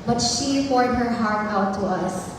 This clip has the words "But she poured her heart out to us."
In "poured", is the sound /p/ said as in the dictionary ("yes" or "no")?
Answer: no